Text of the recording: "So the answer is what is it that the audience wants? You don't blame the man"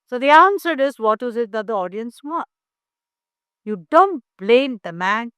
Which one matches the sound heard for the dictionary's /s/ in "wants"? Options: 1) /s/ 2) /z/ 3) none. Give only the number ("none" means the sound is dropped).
3